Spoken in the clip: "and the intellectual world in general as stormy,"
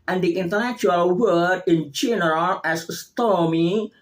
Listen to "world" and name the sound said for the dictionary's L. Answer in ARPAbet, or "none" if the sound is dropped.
none